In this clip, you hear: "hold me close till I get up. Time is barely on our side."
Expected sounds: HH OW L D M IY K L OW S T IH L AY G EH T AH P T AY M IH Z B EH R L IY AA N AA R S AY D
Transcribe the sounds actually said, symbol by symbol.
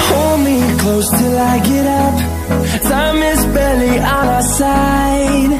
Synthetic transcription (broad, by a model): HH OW L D M IY K L OW S T IH L AY G EH T AH P S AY M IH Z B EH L IY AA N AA S AY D